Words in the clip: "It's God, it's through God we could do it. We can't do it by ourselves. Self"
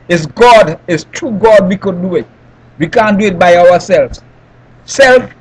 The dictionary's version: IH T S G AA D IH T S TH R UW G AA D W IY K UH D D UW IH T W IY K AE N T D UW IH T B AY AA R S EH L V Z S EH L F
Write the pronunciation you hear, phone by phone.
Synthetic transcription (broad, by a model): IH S G AA D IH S T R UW G AA D W IY K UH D D UW IH T W IY K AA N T D UW IH T B AY AA W S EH L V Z S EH L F